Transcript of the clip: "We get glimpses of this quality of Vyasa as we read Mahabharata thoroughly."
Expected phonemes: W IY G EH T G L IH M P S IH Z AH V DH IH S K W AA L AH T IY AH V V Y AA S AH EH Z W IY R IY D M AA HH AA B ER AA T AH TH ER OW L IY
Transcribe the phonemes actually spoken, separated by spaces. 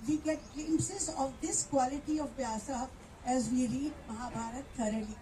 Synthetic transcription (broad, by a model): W IY G EH T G EH M S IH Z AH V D IH S K W AA L AH T IY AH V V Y AA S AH EH Z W IY R IY D M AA HH AA B AA T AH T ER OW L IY